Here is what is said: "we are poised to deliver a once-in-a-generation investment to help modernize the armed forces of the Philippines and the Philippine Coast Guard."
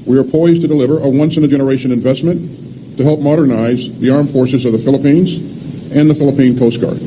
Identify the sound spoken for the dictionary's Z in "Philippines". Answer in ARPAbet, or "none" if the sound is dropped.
Z